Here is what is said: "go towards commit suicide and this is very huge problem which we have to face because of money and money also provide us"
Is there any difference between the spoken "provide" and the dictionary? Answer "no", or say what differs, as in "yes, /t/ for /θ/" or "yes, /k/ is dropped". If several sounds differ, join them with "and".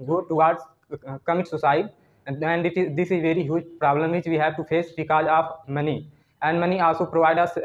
no